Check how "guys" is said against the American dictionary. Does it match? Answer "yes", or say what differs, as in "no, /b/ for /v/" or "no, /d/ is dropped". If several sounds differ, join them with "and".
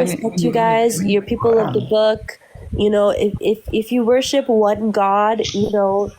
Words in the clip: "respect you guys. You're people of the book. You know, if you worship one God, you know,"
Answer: yes